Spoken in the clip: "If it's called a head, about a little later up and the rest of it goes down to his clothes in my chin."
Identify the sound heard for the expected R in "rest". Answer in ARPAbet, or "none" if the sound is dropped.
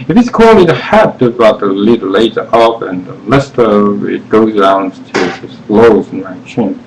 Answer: L